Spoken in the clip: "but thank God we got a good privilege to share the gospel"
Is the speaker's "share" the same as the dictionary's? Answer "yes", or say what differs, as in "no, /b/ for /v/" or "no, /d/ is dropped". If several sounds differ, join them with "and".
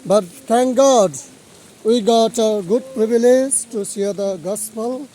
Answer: no, /s/ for /ʃ/